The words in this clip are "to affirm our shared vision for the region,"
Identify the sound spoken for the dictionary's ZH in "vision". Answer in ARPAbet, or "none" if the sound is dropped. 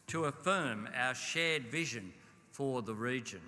ZH